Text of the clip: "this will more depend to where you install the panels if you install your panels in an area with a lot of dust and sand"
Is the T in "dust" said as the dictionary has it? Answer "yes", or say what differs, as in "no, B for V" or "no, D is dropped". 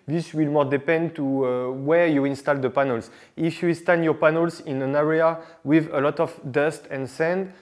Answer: yes